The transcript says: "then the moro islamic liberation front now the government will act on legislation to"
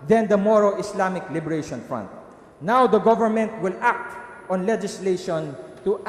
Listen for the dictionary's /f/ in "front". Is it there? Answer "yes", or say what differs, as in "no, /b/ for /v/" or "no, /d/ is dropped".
yes